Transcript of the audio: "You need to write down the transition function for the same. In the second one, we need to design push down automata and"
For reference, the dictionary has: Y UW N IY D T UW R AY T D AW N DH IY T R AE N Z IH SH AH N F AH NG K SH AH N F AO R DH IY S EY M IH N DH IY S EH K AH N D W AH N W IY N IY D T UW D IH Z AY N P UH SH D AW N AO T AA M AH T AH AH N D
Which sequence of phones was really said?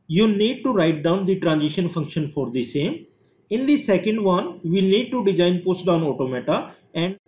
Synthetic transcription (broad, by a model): Y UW N IY D T UW R AY T D AW N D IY T R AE N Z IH SH AH N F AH NG K SH AH N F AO R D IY S EY M IH N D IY S EH K AH N D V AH N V IY N IY D T UW D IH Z AY N P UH S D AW N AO T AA M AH T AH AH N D